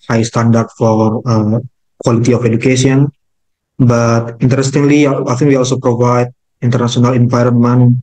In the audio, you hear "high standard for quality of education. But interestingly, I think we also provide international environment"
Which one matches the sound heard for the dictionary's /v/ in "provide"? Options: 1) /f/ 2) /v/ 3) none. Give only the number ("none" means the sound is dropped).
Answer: 2